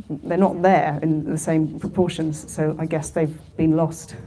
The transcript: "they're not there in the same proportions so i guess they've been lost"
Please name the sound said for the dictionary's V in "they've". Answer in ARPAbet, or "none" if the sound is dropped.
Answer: V